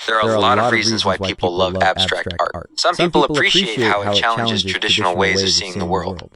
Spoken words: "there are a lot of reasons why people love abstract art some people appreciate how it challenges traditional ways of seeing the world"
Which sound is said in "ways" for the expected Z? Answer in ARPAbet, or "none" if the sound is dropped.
Z